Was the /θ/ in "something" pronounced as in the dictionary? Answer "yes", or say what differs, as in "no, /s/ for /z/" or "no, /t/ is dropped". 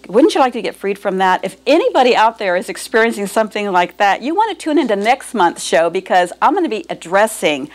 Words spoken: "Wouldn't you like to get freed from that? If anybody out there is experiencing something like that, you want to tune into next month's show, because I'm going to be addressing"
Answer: yes